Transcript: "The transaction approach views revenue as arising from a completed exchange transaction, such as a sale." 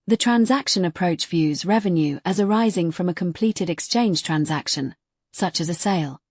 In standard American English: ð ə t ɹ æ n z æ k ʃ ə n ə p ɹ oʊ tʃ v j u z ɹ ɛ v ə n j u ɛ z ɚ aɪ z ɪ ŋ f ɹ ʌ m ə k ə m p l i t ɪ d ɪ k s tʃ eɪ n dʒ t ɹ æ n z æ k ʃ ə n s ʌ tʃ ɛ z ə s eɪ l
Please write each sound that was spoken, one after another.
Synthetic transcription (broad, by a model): ð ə t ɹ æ n z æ k ʃ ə n ə p ɹ oʊ tʃ v j u z ɹ ɛ v ə n j u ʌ z ɚ aɪ z ɪ ŋ f ɹ ʌ m ə k ə m p l i t ɪ d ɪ k s tʃ eɪ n ʒ t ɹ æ n z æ k ʃ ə n s ʌ tʃ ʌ z ə s eɪ l